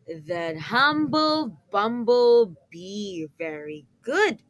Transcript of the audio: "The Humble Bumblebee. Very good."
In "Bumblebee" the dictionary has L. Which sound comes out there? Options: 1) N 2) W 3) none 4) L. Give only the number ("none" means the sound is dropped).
4